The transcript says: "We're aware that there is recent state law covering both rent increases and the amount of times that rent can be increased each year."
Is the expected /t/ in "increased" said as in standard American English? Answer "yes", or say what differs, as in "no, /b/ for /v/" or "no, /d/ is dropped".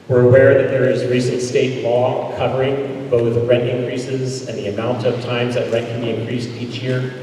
yes